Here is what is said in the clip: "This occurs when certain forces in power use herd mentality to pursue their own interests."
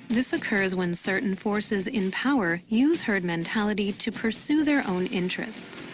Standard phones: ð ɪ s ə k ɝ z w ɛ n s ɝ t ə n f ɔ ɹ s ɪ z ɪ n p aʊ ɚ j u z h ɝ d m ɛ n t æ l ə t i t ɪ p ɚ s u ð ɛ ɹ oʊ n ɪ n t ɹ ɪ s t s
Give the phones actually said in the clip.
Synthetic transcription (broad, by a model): ð ɪ s ə k ɝ z w ɛ n s ɝ t n f ɔ ɹ s ɪ z ɪ n p aʊ ɚ j u z h ɝ d m ɛ n t æ l ə t i t ɪ p ɚ s u ð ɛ ɹ oʊ n ɪ n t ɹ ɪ s t s